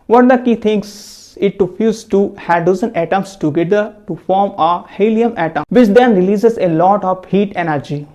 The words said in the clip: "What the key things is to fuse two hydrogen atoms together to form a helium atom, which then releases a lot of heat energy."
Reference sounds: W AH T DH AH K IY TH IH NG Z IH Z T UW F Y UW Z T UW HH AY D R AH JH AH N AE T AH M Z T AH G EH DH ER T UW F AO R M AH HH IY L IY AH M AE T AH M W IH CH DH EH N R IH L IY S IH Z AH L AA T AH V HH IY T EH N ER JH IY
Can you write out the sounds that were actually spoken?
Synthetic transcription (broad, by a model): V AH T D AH K IY T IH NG S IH T UW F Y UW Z T UW HH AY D AH Z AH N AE T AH M S T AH G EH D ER T UW F AO R M AH HH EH L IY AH M AE T AH M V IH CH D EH N R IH L IY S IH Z AH L AA T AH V HH IY T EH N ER JH IY